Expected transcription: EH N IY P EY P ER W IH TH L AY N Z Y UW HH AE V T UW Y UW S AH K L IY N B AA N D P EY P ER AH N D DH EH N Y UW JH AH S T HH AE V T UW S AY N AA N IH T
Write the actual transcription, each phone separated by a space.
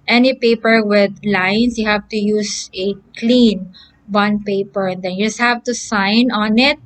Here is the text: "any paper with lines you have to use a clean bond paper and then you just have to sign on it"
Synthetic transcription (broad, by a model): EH N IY P EY P ER W IH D L AY N S Y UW HH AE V T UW Y UW S AH K L IY N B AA N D P EY P ER AH N D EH N Y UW JH AH S T HH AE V T UW S AY N AA N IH T